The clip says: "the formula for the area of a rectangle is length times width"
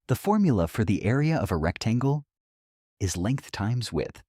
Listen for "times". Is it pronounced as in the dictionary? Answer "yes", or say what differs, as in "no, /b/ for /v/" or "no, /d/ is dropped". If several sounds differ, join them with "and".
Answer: yes